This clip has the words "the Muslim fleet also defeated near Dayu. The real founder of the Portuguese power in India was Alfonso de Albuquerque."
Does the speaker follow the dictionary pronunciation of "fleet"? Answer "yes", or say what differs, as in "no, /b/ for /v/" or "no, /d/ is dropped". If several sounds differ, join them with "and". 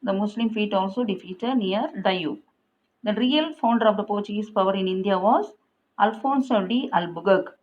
no, /l/ is dropped